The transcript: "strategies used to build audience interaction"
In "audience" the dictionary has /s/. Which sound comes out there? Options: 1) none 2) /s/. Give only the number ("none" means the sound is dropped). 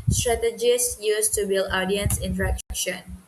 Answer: 2